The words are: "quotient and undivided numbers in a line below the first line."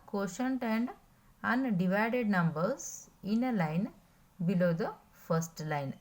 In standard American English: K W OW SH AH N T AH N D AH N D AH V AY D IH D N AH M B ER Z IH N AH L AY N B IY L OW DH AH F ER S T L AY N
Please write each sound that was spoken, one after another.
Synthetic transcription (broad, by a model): K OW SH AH N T AH N D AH N D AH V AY D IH D N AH M B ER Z IH N AH L AY N B IY L OW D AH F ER S T L AY N